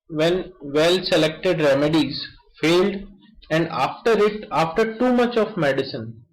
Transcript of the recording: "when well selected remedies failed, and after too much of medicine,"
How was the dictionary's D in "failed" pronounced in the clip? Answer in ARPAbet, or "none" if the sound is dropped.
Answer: D